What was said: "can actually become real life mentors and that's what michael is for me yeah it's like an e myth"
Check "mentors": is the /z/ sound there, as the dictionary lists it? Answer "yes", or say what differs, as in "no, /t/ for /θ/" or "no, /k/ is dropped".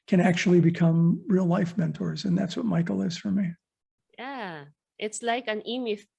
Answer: yes